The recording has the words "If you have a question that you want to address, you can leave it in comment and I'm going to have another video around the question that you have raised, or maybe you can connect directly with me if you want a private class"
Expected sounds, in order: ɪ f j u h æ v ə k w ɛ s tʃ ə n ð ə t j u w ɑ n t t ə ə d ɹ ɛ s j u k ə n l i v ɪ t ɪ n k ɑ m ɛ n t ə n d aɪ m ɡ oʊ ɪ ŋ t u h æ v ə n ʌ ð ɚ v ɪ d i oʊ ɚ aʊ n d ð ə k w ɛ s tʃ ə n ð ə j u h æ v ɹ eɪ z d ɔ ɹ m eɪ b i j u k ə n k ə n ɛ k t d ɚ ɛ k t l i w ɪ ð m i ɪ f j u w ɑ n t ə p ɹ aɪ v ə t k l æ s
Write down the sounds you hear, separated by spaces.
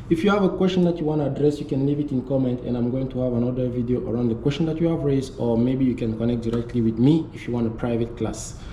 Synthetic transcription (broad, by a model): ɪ f j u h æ v ə k w ɛ s tʃ ə n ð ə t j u w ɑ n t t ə ə d ɹ ɛ s j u k ə n l i v ɪ t ɪ n k ɑ m ɛ n t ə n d aɪ m ɡ oʊ ɪ ŋ t u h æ v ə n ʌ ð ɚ v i d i oʊ ɚ aʊ n d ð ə k w ɛ s tʃ ə n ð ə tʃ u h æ v ɹ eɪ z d ɔ ɹ m eɪ b i j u k ə n k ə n ɛ k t d ɚ ɛ k t l i w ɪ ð m i ɪ f j u w ɑ n t ə p ɹ aɪ v ə t k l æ s